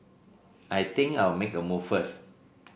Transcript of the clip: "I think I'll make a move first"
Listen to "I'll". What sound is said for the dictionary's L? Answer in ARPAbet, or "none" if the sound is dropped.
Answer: W